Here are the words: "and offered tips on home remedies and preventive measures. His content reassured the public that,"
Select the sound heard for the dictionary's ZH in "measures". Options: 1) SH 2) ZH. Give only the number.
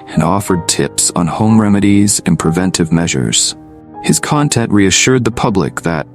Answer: 2